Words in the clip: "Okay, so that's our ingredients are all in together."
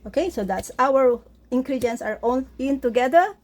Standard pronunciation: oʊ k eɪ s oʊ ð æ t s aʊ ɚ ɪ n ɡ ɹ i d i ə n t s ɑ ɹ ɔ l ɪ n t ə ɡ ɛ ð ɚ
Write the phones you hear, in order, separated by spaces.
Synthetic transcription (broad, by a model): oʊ k eɪ s oʊ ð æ t s aʊ ɚ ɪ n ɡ ɹ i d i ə n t s ɑ ɹ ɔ n ɪ n t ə ɡ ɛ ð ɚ